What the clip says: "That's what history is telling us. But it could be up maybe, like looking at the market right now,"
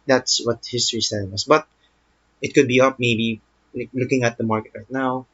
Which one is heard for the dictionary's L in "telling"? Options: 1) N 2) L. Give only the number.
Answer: 1